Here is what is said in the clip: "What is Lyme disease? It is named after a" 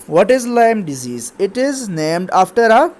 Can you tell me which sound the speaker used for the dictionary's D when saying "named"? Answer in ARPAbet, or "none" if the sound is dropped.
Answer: D